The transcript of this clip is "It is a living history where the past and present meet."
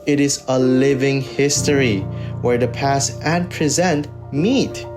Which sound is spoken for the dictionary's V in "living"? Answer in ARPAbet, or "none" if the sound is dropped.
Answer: V